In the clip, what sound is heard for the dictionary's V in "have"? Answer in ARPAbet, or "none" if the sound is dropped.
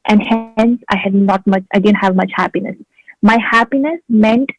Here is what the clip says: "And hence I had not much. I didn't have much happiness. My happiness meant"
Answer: V